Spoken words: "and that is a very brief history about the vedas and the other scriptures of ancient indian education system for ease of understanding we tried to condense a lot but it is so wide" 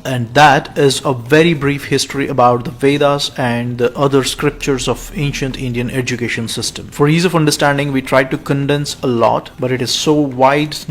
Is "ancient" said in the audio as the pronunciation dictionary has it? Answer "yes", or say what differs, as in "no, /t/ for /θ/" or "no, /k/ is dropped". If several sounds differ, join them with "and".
yes